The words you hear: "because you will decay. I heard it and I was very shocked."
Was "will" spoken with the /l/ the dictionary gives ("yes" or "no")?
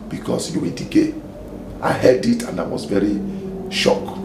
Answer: no